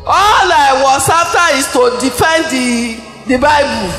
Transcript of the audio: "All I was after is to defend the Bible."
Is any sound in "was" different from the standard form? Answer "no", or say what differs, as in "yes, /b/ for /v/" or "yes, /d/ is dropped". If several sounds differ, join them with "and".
yes, /s/ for /z/